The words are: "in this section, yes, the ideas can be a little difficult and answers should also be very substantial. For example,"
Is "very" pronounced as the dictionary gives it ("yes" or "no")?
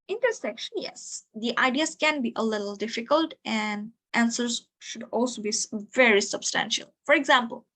yes